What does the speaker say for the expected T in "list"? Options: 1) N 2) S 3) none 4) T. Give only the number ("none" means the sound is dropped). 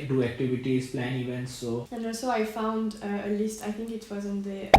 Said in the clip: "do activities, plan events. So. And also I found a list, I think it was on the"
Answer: 4